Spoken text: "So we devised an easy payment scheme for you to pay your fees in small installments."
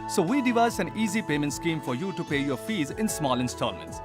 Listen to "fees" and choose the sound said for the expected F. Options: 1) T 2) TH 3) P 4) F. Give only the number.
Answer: 4